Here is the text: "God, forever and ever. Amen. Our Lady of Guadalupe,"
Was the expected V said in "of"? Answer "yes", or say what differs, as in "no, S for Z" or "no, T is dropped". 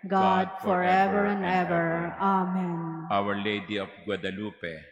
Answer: no, P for V